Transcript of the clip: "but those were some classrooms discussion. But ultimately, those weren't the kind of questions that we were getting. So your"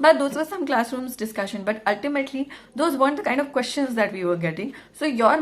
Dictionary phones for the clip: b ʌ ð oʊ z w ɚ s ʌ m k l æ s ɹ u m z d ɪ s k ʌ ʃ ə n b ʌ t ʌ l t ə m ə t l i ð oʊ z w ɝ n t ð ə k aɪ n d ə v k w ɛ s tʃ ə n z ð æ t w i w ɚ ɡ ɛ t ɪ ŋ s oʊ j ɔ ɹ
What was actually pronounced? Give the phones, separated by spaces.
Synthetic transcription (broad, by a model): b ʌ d oʊ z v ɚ s ʌ m k l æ s ɹ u m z d ɪ s k ʌ ʃ ə n b ʌ t ʌ l t ə m ə t l i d oʊ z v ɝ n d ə k aɪ n d ə v k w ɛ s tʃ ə n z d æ t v i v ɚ ɡ ɛ t ɪ ŋ s oʊ j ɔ ɹ